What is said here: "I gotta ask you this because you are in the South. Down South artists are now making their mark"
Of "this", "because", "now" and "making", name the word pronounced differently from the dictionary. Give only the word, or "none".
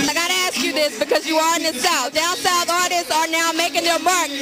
none